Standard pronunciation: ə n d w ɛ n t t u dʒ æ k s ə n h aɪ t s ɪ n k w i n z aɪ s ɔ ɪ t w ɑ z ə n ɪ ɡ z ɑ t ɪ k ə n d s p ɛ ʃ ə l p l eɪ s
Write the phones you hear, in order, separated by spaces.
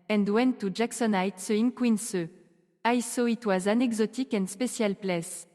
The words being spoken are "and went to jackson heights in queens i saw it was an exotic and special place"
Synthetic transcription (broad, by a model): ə n d w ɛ n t t u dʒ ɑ k s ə n aɪ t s ɪ n k w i n s aɪ s ɔ ɪ t w ɑ z ə n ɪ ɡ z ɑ t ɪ k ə n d s p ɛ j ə l p l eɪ s